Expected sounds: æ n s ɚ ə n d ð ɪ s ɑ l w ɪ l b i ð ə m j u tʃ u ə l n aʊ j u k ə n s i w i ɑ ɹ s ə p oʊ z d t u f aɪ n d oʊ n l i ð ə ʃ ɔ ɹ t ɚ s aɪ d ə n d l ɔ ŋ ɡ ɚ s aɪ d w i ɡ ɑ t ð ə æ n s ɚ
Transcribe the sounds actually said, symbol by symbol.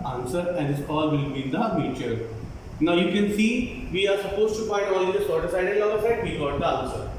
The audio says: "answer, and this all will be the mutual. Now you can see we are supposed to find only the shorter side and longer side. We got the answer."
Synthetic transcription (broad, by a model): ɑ n s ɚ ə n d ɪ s ɑ l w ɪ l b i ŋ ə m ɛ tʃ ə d n aʊ j u k ə n s i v i ɑ ɹ s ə p oʊ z t u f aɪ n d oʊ l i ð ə s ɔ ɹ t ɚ s aɪ d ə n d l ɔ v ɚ s aɪ d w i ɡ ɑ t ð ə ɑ n s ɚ